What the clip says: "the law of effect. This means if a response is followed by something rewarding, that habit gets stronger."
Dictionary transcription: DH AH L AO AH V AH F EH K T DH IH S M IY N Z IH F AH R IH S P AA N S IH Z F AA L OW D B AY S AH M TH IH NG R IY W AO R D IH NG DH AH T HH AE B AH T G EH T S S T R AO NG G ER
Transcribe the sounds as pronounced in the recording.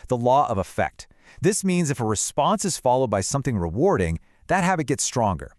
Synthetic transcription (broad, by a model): DH AH L AO AH V AH F EH K T DH IH S M IY N Z IH F AH R IH S P AA N S IH Z F AA L OW D B AY S AH M TH IH NG R IY W AO R D IH NG DH AH T HH AE B AH T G EH T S S T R AO NG G ER